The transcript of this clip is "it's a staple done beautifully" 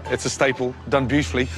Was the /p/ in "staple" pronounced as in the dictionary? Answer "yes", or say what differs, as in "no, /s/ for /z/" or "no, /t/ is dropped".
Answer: yes